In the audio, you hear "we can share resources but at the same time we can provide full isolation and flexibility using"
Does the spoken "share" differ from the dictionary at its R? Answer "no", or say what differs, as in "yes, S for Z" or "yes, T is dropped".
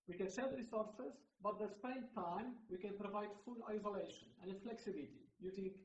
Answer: yes, L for R